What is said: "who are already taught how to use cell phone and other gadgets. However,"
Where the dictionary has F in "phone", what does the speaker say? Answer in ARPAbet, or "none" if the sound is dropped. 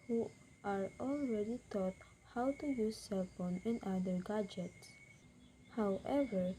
P